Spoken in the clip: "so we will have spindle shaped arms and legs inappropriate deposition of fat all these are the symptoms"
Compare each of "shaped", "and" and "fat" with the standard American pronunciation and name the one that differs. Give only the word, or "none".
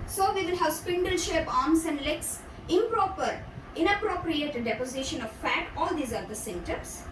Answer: shaped